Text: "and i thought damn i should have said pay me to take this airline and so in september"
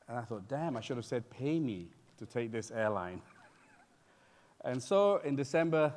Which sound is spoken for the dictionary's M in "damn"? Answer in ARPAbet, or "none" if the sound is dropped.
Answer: M